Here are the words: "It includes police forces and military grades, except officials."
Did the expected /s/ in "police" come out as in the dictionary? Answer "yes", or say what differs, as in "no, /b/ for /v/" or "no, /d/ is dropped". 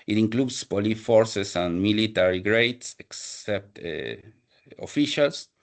no, /s/ is dropped